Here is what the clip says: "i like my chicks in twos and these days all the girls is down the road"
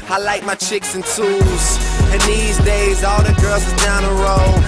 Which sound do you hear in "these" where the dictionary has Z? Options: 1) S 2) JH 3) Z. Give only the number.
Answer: 3